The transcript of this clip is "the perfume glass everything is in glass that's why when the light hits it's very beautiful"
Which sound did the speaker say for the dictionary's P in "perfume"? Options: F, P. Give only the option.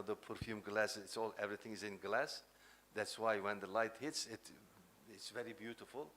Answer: P